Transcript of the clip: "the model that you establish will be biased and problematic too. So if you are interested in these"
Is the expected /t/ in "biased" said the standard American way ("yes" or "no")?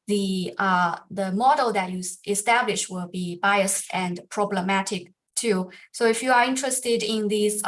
no